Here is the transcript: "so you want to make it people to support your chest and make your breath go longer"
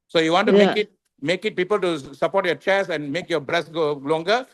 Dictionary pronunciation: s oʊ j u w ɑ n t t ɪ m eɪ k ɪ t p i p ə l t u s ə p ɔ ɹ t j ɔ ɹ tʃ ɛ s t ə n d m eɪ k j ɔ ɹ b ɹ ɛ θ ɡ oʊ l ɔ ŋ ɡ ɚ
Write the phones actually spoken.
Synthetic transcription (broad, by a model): s oʊ j u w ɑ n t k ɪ m eɪ k ɪ t p i p ə l t u s ə p ɔ ɹ t j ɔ tʃ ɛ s ə n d m eɪ k j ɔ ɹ b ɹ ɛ s ɡ oʊ l ɔ ŋ ɡ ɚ